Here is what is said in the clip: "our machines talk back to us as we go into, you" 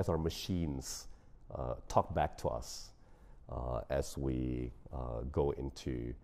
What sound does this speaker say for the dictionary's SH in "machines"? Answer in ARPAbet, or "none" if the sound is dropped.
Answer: SH